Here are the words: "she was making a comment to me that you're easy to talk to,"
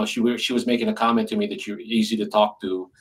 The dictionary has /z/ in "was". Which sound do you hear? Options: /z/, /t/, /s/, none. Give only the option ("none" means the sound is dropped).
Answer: /z/